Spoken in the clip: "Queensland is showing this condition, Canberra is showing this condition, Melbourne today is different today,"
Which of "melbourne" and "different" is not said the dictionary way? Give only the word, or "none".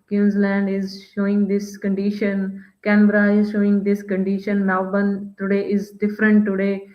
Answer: melbourne